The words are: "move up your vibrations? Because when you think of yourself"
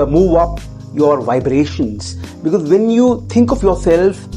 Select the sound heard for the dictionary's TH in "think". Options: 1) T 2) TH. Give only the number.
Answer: 1